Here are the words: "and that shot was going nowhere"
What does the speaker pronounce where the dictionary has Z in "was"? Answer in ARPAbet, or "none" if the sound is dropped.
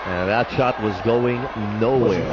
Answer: Z